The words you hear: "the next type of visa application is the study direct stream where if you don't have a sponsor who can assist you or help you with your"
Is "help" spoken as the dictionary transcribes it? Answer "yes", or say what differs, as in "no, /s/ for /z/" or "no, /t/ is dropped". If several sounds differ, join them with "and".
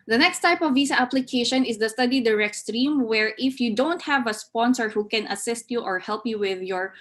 yes